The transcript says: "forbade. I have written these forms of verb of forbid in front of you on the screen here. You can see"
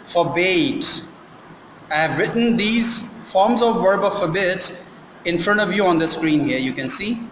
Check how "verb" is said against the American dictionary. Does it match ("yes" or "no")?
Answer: yes